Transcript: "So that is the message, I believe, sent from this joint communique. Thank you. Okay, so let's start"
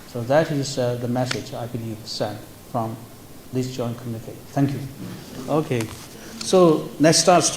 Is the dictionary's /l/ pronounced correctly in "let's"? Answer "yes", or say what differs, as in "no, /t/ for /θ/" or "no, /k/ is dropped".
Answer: no, /n/ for /l/